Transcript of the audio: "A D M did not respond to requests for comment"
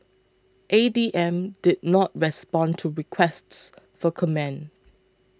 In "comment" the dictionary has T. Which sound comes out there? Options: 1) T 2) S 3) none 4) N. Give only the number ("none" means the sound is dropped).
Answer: 3